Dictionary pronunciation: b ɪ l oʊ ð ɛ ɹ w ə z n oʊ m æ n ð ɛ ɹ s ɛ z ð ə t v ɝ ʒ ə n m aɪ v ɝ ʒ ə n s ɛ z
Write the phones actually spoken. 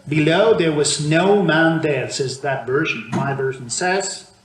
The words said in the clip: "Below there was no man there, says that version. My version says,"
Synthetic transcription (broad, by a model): b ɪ l oʊ ð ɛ ɹ w ə z n oʊ m æ n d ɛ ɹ s ɛ z ð ə t v ɝ ʒ ə n m aɪ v ɝ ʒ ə n s ɛ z